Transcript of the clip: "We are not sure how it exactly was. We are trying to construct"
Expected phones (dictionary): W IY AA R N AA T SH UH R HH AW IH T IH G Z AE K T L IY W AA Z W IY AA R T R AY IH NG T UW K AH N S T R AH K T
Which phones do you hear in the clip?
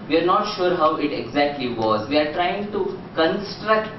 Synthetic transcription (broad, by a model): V IY AA R N AA T SH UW R HH AW IH T IH G Z AE K T L IY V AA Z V IY AA R T R AY IH NG T UW K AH N S T R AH K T